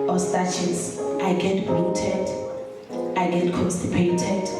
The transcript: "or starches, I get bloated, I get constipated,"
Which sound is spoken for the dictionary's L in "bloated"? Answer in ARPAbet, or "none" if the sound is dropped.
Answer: none